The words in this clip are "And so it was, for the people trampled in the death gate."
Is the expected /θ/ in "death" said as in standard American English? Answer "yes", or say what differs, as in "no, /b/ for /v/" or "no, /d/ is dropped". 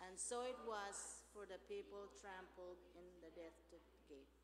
no, /t/ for /θ/